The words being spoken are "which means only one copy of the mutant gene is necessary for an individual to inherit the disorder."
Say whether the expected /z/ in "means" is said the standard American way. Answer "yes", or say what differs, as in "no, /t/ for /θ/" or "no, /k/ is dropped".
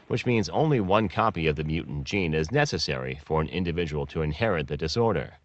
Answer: yes